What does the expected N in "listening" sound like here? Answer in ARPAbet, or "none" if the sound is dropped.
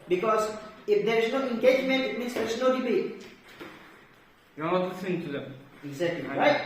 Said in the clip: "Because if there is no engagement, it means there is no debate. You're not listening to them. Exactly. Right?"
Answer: none